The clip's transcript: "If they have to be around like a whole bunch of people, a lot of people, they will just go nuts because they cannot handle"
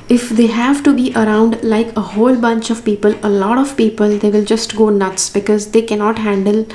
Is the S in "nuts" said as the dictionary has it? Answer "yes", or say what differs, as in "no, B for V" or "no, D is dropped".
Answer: yes